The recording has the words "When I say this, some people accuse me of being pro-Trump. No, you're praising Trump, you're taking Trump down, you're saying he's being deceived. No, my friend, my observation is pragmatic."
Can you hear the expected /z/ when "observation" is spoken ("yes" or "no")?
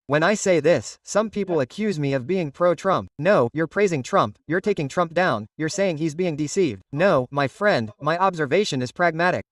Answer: yes